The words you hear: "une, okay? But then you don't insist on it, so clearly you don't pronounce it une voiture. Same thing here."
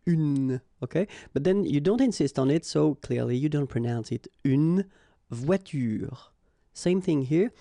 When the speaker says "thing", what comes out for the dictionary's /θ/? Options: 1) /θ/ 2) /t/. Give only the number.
1